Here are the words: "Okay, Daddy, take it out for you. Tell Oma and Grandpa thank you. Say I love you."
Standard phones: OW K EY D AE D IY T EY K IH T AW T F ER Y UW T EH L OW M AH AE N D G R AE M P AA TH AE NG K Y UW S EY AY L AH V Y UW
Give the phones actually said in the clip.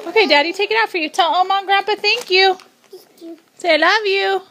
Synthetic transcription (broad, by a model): OW K EY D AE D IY T EY K IH T AW T F ER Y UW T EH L OW M AH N G R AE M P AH TH AE NG K Y UW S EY AY L AH V Y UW